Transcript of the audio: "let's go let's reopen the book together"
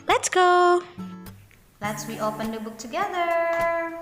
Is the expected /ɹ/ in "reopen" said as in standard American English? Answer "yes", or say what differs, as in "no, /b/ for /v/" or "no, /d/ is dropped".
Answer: no, /w/ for /ɹ/